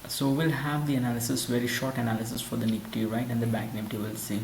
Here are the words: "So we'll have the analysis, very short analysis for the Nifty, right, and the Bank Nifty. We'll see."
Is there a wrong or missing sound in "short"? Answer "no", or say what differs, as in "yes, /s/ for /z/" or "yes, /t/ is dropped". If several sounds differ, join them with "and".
no